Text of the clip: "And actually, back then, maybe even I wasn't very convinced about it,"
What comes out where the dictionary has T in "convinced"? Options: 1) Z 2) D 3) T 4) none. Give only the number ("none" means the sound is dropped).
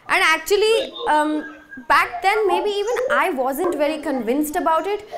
3